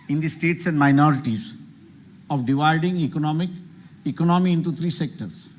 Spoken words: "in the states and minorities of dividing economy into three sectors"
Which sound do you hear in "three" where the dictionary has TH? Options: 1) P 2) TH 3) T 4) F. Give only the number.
3